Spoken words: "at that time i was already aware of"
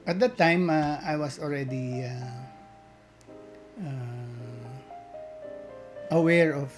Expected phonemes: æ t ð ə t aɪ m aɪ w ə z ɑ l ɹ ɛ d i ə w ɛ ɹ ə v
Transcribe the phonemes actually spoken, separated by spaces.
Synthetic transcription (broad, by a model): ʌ t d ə t aɪ m aɪ w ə s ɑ l ɹ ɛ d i ə w ɛ ɹ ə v